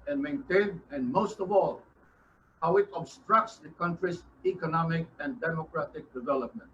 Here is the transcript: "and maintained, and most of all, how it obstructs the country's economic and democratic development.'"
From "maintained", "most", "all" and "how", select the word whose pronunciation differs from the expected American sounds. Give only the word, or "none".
maintained